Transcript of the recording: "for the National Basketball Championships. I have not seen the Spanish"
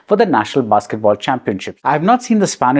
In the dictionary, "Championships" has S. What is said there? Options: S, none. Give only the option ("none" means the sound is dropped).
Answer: none